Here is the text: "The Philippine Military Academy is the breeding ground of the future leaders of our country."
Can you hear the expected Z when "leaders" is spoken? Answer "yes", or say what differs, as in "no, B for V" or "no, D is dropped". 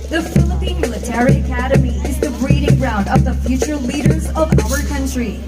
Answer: yes